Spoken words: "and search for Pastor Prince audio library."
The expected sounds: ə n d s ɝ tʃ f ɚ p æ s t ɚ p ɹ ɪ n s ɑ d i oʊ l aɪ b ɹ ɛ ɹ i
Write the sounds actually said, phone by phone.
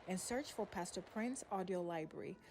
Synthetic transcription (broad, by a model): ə n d s ɝ tʃ f ɚ p æ s t ɚ p ɹ ɪ n s ɑ d i oʊ l aɪ b ɹ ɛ ɹ i